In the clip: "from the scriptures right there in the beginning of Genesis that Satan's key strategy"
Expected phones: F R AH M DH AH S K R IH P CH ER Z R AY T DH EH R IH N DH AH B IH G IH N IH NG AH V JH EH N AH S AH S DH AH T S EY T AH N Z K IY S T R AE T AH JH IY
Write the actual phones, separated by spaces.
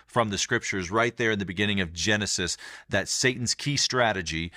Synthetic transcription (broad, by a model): F R AH M DH AH S K R IH P CH ER Z R AY T DH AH R IH N DH AH B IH G IH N IH NG AH V JH EH N AH S AH S DH AH T S EY T N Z K IY S T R AE T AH JH IY